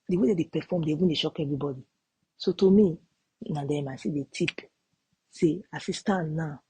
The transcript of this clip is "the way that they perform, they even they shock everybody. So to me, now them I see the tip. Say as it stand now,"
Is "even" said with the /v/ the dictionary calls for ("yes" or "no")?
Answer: no